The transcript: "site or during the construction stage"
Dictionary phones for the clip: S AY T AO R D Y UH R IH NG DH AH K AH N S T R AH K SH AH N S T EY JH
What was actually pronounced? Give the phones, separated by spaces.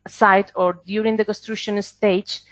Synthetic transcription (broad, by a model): S AY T AO R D Y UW R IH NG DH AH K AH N S T R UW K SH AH N S T EY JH